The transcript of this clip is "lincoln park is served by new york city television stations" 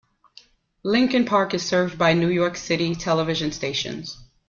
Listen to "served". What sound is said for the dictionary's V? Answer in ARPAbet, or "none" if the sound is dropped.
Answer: V